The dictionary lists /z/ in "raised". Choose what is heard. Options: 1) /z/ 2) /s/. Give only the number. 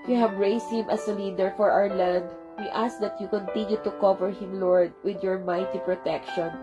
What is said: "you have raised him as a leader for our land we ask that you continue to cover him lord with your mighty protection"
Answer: 2